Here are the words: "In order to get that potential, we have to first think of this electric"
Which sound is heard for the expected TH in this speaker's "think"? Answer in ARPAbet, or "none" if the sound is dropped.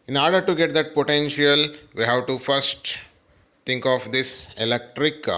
T